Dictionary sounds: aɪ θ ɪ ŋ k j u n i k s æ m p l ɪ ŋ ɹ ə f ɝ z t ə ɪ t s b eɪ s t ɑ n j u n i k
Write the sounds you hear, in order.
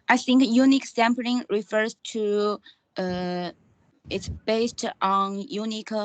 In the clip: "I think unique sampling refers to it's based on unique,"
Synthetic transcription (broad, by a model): aɪ θ ɪ ŋ k j u n i k s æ m p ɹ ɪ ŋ ɹ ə f ɝ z t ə ɪ t s b eɪ s t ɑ n j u n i k